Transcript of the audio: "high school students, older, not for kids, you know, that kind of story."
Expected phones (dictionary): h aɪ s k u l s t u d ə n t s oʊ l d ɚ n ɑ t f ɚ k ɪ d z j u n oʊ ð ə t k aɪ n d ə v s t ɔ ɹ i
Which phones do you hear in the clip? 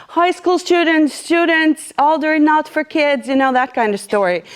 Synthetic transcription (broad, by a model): h aɪ s k u l s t u d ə n t s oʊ l d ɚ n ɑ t f ɚ k ɪ d z j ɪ n oʊ ð ə t k aɪ n d ə v s t ɔ ɹ i